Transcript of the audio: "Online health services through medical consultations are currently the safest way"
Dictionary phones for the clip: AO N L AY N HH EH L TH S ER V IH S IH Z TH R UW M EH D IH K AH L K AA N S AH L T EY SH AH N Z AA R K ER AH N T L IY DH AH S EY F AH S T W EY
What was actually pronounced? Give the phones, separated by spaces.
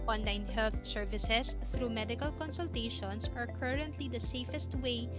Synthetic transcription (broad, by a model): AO N L AY N HH EH L TH S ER V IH S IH S TH R UW M EH D IH K AH L K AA N S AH L T EY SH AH N S AA R K ER AH N T L IY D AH S EY F AH S T W EY